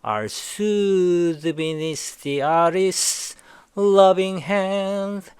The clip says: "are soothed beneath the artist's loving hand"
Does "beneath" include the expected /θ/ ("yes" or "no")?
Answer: no